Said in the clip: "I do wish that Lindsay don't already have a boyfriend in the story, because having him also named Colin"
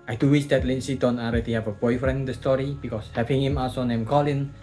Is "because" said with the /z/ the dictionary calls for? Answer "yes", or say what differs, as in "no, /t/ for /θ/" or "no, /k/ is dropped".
no, /s/ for /z/